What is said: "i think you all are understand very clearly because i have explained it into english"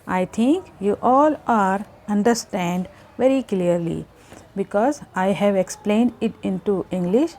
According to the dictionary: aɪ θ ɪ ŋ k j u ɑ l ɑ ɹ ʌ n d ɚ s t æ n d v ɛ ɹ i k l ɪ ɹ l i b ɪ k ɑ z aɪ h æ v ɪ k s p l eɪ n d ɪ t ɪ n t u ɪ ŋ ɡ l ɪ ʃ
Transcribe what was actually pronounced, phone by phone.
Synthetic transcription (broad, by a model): aɪ t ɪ ŋ k j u ɑ l ɑ ɹ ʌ n d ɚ s t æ n d v ɛ ɹ i k l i ɹ l i b ɪ k ɑ z aɪ h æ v ɪ k s p l eɪ n d ɪ t ɪ n t u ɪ ŋ ɡ l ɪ ʃ